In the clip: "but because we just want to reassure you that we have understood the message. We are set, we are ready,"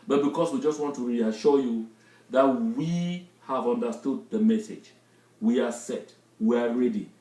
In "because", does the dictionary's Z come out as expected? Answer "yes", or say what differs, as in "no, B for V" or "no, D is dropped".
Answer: no, S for Z